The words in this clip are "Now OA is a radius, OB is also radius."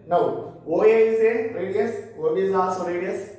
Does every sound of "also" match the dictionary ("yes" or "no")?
no